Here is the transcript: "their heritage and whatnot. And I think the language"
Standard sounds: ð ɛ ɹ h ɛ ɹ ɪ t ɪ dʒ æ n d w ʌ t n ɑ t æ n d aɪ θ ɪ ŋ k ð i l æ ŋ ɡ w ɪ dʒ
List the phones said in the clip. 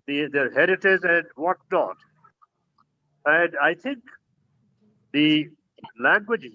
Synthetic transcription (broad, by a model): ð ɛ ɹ h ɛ ɹ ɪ t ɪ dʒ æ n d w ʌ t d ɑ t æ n d aɪ t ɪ ŋ k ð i l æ ŋ ɡ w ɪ dʒ